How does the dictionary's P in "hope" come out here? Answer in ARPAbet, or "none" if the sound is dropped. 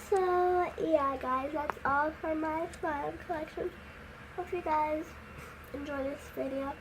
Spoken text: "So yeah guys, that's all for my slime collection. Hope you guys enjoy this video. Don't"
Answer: F